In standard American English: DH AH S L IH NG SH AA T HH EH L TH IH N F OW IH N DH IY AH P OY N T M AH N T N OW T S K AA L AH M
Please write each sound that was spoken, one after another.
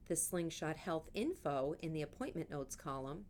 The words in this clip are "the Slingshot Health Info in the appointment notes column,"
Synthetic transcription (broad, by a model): DH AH S L IH NG SH AA T HH EH L TH IH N F OW IH N DH IY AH P OY N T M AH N N OW T S K AA L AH M